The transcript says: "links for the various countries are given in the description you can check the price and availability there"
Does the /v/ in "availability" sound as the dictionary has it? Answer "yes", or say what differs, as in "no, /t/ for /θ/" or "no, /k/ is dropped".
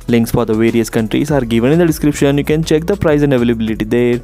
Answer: yes